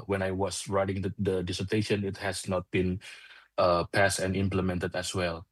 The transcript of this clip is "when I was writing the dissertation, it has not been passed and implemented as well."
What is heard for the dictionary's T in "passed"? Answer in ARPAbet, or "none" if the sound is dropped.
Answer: T